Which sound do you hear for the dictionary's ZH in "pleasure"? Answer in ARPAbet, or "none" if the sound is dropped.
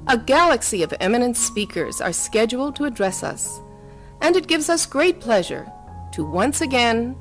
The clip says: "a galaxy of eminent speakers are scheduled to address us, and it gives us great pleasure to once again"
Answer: ZH